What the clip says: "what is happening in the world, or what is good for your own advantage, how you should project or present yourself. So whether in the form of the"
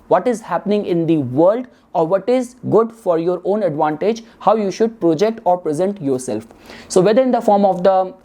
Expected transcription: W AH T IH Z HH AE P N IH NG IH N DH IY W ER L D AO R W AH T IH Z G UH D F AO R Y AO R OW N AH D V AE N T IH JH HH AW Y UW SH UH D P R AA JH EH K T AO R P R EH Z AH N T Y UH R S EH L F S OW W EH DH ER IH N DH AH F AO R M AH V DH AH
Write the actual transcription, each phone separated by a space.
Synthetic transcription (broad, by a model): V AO T IH Z HH AE P N IH NG IH N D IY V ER L D AO R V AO T IH Z G UH D F AO R Y AO R OW N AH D V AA N T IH JH HH AW Y UW SH UH D P R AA JH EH K T AO R P R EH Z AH N T Y UH R S EH L F S OW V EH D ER IH N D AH F AO R M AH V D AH